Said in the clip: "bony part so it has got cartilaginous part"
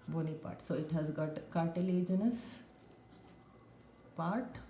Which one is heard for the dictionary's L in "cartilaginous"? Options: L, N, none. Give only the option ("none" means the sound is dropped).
L